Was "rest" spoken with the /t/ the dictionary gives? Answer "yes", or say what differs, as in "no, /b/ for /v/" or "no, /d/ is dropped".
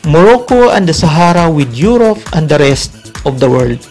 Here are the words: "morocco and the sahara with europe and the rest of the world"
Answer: yes